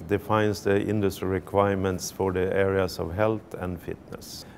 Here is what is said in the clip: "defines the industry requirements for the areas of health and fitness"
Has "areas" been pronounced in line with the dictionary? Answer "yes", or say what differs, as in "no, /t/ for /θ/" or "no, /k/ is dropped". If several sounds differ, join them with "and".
no, /s/ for /z/